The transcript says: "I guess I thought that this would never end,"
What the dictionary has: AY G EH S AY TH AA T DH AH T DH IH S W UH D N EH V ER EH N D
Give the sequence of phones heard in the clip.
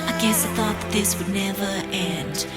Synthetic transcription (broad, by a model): AY G EH S AY TH AA T DH AH T DH IH S W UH D N EH V ER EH N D